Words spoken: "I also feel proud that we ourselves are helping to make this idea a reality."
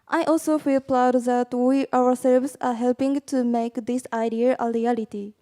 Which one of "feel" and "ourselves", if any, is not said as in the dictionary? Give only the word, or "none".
ourselves